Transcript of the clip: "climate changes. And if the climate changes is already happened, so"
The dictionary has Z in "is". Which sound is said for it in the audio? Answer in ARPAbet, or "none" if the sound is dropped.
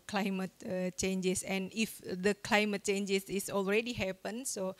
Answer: S